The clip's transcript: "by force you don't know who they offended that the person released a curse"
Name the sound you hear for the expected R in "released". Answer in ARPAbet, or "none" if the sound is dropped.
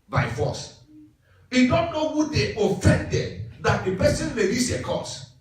L